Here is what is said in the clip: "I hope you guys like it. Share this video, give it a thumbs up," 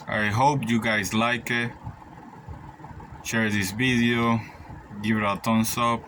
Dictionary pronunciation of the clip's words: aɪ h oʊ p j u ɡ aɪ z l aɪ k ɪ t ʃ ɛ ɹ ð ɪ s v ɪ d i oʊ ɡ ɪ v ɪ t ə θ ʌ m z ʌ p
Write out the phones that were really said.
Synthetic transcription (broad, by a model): aɪ h oʊ p j u ɡ aɪ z l aɪ k ɪ t ʃ ɛ ɹ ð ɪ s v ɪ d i oʊ ɡ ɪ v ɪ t ə t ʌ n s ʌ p